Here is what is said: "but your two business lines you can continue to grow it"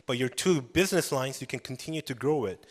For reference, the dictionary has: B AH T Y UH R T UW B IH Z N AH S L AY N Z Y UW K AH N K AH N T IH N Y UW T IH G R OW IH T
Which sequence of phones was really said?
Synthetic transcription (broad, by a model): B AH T Y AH R T UW B IH Z N AH S L AY N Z Y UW K AH N K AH N T IH N Y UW T IH G R OW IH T